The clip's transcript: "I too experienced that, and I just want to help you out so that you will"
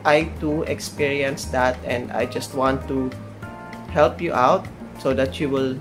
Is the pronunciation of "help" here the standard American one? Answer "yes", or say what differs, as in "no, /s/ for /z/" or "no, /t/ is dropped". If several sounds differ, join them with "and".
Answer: yes